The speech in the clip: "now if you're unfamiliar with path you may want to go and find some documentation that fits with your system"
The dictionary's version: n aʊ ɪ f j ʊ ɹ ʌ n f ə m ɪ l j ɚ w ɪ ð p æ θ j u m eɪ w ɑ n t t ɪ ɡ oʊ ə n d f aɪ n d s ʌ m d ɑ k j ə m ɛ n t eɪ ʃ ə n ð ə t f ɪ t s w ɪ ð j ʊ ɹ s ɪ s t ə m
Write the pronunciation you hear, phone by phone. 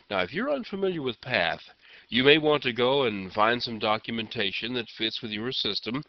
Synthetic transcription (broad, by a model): n aʊ ɪ f j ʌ ɹ ʌ n f ə m ɪ l j ɚ w ɪ ð p æ θ j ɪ m eɪ w ɑ n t t ɪ ɡ oʊ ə n f aɪ n d s ʌ m d ɑ k j ə m ɛ n t eɪ ʃ ə n ð ə t f ɪ t s w ɪ ð j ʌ ɹ s ɪ s t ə m